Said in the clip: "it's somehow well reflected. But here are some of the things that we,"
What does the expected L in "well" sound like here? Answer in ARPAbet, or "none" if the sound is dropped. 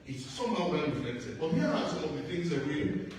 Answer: N